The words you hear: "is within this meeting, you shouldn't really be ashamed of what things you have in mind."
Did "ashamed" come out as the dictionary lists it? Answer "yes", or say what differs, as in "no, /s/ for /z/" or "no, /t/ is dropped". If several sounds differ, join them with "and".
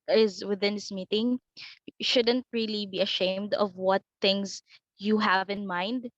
yes